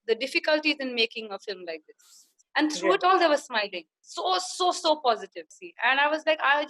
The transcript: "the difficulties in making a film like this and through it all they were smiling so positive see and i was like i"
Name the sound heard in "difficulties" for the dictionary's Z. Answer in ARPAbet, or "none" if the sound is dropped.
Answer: Z